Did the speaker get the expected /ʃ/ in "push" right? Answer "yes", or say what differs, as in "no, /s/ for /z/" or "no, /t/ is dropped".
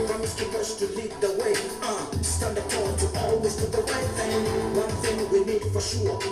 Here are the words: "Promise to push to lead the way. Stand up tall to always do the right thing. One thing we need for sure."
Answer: no, /s/ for /ʃ/